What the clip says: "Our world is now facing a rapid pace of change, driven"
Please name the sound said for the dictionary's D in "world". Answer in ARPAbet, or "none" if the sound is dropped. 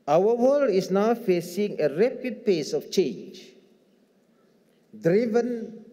none